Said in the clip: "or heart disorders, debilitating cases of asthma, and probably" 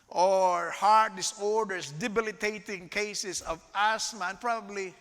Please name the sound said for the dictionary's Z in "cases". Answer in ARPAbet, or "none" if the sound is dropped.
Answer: S